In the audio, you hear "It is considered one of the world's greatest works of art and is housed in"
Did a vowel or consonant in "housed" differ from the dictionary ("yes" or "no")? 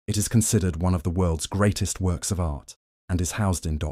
no